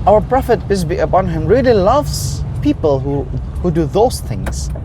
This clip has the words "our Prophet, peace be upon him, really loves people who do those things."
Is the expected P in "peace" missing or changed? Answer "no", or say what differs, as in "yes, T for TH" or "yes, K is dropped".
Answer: yes, B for P